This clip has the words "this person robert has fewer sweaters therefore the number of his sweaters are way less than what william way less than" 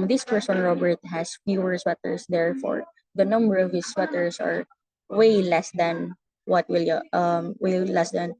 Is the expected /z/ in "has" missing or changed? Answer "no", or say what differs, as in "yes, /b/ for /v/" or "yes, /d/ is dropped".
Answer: yes, /s/ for /z/